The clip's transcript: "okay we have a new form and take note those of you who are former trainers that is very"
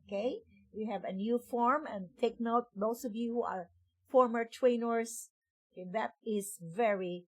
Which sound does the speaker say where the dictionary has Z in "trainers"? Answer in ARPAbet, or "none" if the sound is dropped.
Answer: S